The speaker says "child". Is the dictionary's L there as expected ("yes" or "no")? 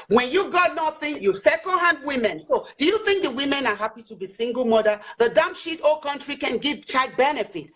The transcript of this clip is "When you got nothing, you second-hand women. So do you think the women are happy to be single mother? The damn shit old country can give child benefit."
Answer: no